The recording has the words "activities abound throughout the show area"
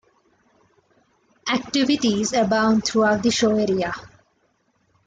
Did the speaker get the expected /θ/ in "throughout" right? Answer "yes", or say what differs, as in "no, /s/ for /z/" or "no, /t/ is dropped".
no, /t/ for /θ/